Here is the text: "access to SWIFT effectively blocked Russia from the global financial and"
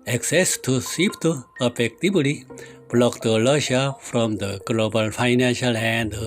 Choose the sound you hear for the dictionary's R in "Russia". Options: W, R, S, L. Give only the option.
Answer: L